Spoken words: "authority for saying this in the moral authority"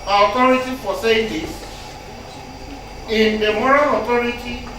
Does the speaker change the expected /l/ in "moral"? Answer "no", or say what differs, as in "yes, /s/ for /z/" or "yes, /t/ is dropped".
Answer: yes, /n/ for /l/